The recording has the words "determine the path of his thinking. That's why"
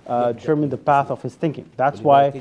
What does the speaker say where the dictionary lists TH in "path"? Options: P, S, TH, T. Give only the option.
TH